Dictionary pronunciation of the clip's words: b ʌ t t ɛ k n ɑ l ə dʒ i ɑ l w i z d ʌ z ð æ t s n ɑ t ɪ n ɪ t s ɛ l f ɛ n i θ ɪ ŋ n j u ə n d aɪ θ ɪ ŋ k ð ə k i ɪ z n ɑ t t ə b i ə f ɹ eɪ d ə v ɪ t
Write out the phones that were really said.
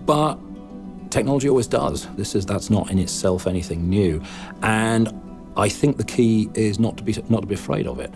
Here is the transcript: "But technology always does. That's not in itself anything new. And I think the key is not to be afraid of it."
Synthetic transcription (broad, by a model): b ʌ t t ɛ k n ɑ l ə dʒ i ɑ l w i z d ʌ z ð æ t s n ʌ t ɪ n ɪ t s ɛ l f ɛ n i θ ɪ ŋ n j u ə n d aɪ θ ɪ ŋ k ð ə k i ɪ z n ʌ t t ə b i ə f ɹ eɪ d ə v ɪ t